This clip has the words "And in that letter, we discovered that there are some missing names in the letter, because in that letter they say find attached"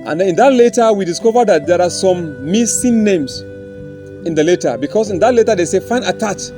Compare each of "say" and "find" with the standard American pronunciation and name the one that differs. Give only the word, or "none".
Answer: find